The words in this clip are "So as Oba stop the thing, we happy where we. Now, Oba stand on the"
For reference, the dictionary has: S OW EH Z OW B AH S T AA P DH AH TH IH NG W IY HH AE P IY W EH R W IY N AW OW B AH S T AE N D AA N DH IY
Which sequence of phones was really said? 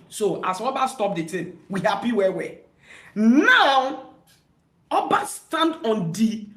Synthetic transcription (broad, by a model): S OW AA S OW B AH S T AA P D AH T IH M W IY HH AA P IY W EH W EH N AW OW B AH S T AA N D AA N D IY